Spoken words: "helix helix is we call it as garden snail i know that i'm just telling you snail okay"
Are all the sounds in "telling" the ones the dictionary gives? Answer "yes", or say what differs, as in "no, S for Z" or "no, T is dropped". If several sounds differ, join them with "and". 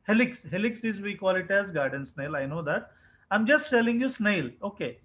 no, S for T